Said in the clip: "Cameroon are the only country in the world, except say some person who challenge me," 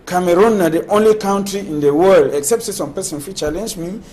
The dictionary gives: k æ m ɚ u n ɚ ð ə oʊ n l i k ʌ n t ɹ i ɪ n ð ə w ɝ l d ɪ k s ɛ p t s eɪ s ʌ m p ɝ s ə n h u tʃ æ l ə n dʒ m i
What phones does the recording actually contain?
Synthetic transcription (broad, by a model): k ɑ m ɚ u n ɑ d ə oʊ n l i k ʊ n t ɹ i ɪ n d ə w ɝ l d ɪ k s ɛ p t s eɪ s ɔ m p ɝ s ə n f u tʃ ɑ l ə n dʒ m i